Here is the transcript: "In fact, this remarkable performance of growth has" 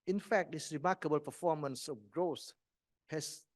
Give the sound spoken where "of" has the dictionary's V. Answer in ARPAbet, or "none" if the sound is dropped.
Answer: F